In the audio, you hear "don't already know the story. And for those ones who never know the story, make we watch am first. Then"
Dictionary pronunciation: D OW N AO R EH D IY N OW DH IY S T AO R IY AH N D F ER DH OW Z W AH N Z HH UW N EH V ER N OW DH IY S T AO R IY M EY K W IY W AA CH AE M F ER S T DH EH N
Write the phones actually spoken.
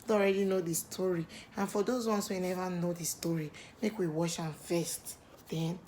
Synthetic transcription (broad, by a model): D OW AO R EH D IY N OW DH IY S T AO R IY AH N F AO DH OW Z W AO N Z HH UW N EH V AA N OW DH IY S T AO R IY M EY K W IY W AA SH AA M F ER S T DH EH N